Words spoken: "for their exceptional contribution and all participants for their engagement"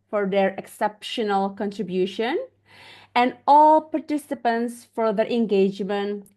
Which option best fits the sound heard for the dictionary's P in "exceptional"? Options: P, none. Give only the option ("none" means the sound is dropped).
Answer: P